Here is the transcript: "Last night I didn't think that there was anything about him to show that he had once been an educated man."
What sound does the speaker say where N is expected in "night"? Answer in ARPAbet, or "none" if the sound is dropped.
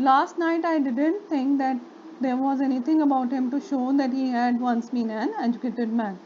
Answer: N